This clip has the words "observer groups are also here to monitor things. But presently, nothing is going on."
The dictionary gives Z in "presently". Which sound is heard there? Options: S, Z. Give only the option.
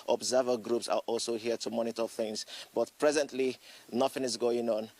Z